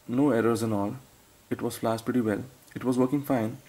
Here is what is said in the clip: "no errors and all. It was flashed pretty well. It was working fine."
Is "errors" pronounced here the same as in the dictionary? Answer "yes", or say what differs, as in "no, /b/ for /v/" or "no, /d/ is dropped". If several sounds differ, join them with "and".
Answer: yes